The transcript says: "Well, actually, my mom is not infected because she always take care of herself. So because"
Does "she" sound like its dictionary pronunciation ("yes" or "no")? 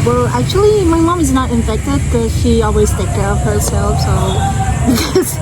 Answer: yes